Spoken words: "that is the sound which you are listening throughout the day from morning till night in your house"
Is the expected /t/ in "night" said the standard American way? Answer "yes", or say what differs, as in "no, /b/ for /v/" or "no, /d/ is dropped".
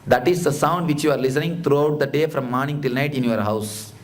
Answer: yes